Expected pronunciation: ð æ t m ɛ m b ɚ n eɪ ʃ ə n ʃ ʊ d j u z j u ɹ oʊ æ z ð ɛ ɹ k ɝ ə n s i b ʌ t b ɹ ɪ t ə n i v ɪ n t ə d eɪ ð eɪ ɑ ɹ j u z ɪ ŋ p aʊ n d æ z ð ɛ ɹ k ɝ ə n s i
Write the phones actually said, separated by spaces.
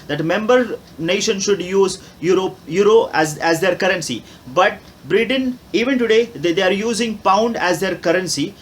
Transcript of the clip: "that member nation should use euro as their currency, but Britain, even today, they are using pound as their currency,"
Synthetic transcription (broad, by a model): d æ t m ɛ m b ɚ n eɪ ʃ ə n ʃ ʊ d j u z j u ɹ oʊ æ z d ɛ ɹ k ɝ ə n s i b ʌ t b ɹ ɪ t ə n i v ɪ n t ə d eɪ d eɪ ɑ ɹ j u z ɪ ŋ p aʊ n d æ z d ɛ ɹ k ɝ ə n s i